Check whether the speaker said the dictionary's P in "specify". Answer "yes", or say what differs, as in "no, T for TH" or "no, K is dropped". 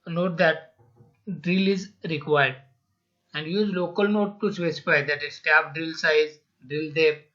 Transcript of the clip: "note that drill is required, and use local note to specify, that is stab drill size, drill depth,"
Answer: no, P is dropped